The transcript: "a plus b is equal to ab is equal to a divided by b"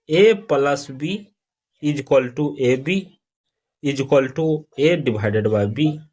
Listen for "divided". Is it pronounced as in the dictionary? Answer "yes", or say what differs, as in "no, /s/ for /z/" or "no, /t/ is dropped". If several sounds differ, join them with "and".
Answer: no, /b/ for /v/